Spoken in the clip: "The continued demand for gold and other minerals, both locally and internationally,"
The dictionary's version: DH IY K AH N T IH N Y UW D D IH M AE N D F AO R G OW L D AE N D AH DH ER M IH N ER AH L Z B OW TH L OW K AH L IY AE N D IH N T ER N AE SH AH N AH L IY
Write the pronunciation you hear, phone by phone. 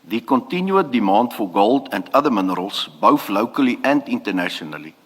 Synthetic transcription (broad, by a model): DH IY K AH N T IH N Y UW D D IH M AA N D F AO R G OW L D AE N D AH DH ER M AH N ER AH L S B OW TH L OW K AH L IY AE N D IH N T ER N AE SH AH N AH L IY